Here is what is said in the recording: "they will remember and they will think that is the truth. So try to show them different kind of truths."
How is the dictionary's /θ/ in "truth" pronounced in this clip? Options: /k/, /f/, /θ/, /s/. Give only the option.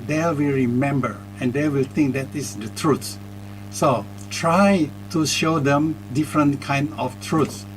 /s/